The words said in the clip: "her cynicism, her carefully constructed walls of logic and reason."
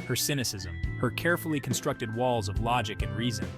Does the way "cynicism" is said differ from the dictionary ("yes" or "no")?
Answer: no